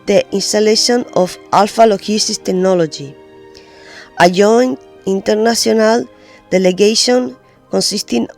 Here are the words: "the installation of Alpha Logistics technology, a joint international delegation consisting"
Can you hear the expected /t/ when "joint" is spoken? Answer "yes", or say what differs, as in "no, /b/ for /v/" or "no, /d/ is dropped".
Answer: no, /t/ is dropped